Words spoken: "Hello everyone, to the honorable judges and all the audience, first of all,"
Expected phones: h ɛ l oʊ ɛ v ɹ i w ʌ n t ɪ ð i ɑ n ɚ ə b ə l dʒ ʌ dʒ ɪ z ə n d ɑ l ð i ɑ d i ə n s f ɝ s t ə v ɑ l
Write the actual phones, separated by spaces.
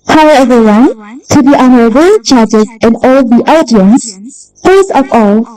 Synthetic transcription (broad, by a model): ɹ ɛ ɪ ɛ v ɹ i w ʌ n t ɪ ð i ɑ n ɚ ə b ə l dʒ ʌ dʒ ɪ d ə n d ɑ l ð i ɑ d i ə n s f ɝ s ə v ɑ l